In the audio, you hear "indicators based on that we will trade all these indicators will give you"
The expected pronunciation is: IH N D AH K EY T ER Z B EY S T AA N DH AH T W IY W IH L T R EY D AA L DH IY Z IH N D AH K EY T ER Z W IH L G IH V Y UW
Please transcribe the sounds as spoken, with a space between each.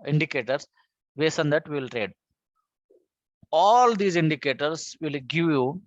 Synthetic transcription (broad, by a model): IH N D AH K EY T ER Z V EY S AH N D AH T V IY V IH L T R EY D AA L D IY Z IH N D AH K EY T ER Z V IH L G IH V Y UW